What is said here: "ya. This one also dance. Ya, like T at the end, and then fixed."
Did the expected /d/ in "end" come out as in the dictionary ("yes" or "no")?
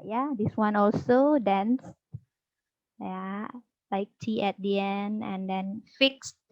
yes